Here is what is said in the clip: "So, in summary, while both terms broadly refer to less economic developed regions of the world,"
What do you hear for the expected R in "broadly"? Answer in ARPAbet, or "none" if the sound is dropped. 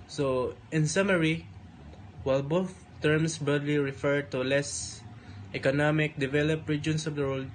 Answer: none